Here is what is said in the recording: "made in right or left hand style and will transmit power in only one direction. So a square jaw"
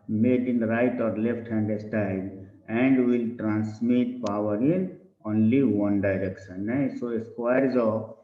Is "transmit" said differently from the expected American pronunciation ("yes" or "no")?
yes